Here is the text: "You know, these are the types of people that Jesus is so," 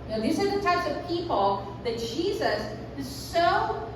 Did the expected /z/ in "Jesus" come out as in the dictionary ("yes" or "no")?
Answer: yes